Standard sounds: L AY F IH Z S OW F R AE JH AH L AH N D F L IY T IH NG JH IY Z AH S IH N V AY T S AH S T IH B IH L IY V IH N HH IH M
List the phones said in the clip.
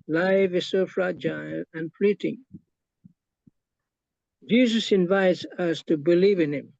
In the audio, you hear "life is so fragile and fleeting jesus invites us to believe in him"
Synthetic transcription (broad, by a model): L AY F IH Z S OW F R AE JH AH L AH N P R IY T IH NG JH IY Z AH S IH N V AY T S AH S T IH B IH L IY V IH N HH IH M